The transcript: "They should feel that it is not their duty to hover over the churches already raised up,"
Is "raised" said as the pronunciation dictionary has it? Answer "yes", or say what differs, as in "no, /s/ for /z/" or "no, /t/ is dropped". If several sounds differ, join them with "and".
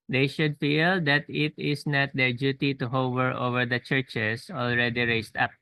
no, /s/ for /z/